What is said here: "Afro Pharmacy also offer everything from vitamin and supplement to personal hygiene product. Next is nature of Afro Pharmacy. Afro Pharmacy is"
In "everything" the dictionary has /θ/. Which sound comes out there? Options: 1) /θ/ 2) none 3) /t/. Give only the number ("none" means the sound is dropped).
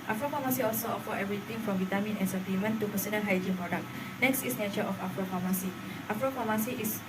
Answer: 3